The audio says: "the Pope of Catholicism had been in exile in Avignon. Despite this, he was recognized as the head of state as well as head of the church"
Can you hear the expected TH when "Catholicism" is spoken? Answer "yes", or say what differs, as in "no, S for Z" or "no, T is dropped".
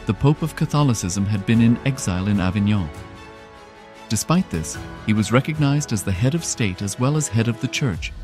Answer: yes